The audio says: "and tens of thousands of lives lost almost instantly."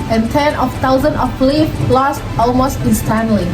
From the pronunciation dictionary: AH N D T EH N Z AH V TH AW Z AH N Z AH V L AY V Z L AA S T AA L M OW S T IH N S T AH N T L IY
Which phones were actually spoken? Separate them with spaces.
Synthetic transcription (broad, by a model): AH N T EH N AH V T AW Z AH N AH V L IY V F L AA S T AA L M OW S T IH N S T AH N L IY